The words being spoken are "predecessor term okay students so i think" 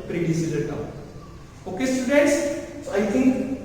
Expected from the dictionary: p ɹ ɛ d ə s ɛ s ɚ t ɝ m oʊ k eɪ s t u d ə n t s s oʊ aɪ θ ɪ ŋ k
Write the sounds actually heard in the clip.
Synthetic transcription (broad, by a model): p ɹ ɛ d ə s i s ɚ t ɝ oʊ k eɪ s t u d ə n t s s oʊ aɪ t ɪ ŋ k